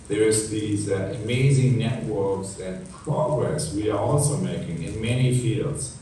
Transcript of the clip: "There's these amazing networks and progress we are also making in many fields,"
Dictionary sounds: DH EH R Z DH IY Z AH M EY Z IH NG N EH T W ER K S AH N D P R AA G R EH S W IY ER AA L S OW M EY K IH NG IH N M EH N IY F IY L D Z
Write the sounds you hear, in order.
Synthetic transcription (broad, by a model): DH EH R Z DH IY Z AH M EY Z IH NG N EH T W ER K S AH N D P R AA G R EH S W IY ER AA L S OW M EY K IH NG IH N M EH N IY F IY L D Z